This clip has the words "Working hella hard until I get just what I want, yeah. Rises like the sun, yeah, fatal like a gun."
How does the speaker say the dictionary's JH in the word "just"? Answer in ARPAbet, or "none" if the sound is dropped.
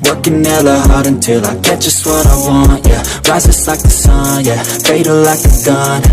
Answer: ZH